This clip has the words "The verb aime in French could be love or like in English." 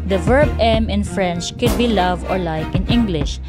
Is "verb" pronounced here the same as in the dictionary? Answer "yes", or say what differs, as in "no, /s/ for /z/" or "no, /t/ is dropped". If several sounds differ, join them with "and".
yes